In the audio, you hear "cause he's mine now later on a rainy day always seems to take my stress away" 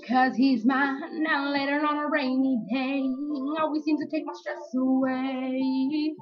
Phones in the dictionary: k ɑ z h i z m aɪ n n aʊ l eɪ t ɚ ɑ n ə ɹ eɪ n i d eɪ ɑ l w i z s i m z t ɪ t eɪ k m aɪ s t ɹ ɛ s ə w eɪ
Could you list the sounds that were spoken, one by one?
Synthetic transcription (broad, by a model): k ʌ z h i z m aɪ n n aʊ l eɪ t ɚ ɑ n ə ɹ eɪ n i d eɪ ɑ l w i z s i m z t ɪ t eɪ k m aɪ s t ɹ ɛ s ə w eɪ